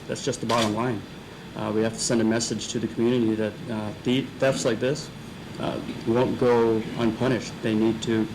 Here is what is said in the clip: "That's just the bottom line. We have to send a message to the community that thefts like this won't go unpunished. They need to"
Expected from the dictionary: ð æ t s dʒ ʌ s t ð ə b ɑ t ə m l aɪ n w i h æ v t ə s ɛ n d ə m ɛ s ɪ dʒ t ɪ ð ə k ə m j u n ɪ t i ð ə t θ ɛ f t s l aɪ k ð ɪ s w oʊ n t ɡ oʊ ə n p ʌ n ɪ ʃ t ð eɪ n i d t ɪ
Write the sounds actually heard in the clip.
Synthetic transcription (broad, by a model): ð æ t s dʒ ʌ s t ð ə b ɑ t ə m l aɪ n w i h æ f t ə s ɛ n d ə m ɛ s ɪ dʒ t ɪ ð ə k m j u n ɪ t i ð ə t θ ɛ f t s l aɪ k ð ɪ s w oʊ n ɡ oʊ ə n p ʌ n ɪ ʃ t ð eɪ n i d t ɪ